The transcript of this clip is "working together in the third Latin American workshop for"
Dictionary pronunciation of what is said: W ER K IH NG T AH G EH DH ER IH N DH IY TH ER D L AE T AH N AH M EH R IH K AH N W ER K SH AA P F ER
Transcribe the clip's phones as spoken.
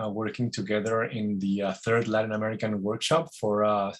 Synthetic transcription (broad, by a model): W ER K IH NG T AH G EH DH ER IH N DH IY TH ER D L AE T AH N AH M EH R IH K AH N W ER K SH AA P F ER